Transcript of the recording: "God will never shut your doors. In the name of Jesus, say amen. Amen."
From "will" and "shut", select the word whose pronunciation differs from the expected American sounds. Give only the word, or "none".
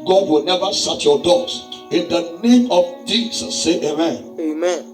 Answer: shut